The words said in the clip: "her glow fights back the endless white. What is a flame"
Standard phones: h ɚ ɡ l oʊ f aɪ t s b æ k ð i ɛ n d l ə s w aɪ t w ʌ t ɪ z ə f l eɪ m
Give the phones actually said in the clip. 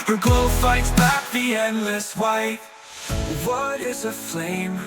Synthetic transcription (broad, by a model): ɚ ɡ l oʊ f aɪ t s b æ k ð i ɛ n d l ə s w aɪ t w ʌ t ɪ z ə f l eɪ m